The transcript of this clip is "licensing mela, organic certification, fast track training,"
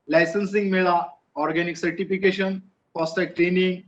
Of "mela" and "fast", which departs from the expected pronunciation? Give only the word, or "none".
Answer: fast